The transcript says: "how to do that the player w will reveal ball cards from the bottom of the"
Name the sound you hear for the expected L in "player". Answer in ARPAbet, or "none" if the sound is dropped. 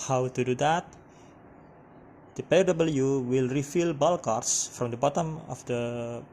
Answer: none